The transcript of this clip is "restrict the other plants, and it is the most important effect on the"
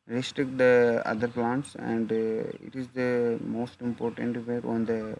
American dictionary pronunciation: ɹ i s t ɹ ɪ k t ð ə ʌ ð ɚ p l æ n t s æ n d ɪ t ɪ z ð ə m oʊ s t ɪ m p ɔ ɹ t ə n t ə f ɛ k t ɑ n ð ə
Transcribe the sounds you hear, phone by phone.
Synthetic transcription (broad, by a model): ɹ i s t ɹ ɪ k t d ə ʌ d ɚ p l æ n t s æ n d ɪ t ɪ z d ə m oʊ s t ɪ m p ɔ ɹ t ə n t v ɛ t ɑ n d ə